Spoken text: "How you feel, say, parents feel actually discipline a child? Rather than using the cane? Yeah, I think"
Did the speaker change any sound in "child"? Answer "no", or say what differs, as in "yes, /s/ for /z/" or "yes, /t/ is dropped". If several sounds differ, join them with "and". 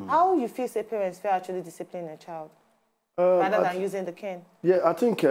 no